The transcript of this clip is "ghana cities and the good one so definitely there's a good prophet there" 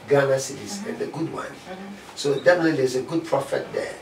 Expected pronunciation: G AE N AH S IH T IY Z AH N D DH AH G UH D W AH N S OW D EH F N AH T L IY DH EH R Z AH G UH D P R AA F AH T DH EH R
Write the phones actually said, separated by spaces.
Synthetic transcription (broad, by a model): G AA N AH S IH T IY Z AH N D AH G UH D W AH N S OW D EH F AH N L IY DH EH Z AH G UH D P R AA F AH T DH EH